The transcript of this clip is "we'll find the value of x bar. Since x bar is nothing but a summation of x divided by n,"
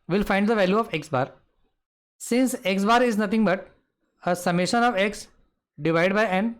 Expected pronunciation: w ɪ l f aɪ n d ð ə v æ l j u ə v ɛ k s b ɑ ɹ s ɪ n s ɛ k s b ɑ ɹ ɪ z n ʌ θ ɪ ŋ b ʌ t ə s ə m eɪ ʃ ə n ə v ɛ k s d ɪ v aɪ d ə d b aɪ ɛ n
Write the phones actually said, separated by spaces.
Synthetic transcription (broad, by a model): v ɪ l f aɪ n d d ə v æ l j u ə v ɛ k s b ɑ ɹ s ɪ n s ɛ k s b ɑ ɹ ɪ z n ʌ t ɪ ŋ b ʌ t ə s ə m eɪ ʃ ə n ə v ɛ k s d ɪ v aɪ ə d b aɪ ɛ n